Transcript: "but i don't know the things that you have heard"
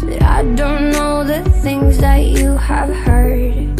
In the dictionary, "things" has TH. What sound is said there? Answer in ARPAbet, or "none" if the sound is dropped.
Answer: TH